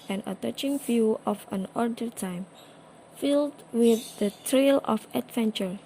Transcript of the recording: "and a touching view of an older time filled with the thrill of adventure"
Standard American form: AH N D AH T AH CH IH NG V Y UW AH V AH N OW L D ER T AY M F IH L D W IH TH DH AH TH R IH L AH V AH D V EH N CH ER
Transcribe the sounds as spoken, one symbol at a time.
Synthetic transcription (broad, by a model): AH N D AH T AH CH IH NG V Y UW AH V AH N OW D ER T AY M F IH L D W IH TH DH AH T R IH L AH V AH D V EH N CH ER